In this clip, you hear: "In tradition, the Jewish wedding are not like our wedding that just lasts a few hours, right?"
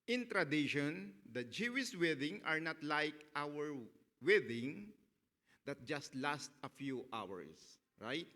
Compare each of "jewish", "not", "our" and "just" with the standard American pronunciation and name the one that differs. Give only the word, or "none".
jewish